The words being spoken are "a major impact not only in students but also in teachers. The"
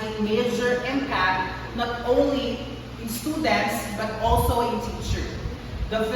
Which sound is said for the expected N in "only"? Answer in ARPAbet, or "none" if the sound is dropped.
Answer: N